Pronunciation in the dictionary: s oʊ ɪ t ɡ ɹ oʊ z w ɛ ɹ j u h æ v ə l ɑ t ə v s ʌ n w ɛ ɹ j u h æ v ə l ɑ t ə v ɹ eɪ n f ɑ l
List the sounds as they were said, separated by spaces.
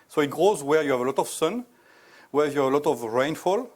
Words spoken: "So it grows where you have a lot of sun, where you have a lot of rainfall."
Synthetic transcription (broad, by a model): s oʊ ɪ t ɡ ɹ oʊ z w ɛ ɹ j u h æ v ə l ɑ t ə v s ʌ n w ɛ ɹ j u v ə l ɑ t ə v ɹ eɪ n f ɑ l